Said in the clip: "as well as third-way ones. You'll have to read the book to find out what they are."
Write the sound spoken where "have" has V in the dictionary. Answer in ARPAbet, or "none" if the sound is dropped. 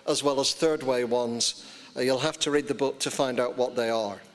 F